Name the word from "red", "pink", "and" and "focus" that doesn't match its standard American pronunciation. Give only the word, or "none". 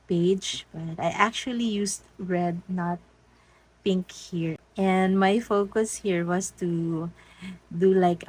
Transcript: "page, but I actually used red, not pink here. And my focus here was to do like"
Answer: none